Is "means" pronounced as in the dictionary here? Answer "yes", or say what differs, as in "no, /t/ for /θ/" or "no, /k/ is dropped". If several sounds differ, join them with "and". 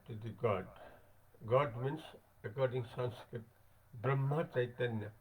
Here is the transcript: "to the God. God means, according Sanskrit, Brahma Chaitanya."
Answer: no, /s/ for /z/